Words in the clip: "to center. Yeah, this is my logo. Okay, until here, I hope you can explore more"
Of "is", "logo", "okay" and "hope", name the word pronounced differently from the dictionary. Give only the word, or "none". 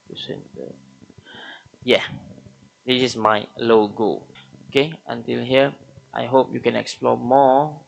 is